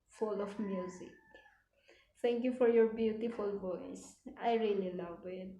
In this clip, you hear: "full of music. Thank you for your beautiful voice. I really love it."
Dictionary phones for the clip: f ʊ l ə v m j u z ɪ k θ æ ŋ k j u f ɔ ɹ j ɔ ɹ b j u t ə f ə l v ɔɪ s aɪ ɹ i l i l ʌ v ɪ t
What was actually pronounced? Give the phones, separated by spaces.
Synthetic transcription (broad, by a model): f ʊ l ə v m j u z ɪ k t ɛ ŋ k j u f ɔ ɹ j ɔ ɹ b j u t ə f ə l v ɔɪ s aɪ ɹ i l i l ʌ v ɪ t